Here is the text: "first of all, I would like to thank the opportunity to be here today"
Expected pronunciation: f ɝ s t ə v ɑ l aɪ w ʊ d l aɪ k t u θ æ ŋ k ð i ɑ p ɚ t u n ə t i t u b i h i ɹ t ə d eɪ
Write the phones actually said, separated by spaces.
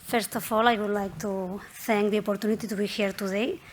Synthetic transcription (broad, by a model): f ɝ s t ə f ɑ l aɪ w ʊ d l aɪ k t u t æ ŋ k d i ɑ p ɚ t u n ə t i t u b i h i ɹ t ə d eɪ